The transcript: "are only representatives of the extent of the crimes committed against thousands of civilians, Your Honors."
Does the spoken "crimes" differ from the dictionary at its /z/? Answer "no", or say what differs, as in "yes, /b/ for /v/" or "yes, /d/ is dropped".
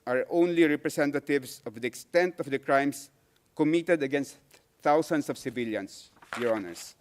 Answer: yes, /s/ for /z/